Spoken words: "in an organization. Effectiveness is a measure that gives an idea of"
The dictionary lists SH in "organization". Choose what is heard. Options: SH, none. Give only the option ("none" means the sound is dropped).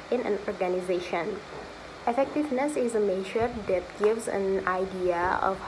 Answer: SH